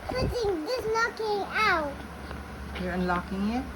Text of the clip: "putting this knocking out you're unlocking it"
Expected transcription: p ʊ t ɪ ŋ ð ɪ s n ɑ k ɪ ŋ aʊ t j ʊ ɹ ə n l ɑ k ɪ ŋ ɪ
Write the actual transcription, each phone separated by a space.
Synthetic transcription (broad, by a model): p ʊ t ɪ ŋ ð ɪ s l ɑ k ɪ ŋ aʊ t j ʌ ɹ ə n l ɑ k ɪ ŋ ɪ